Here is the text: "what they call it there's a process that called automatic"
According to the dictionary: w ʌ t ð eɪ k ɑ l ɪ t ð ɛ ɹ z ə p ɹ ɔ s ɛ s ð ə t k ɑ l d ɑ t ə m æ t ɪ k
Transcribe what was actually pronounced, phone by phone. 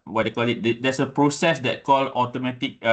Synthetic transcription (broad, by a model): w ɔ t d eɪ k ɑ l ɪ t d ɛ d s ə p ɹ ɔ s ɛ s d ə t k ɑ l ɑ t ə m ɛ t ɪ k